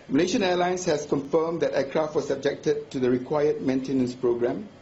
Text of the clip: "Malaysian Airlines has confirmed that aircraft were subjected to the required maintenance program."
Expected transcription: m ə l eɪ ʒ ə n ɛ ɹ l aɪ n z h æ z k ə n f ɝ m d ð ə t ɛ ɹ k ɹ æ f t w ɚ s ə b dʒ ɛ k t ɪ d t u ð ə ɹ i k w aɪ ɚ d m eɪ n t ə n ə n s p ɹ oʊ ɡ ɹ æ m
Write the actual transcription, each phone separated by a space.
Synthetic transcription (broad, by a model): m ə l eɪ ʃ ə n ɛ l aɪ n s h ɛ s k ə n f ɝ m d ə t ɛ k ɹ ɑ f t w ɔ s ə b dʒ ɛ k t ɪ d t u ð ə ɹ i k w aɪ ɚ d m eɪ n t ə n ə n s p ɹ oʊ ɡ ɹ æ m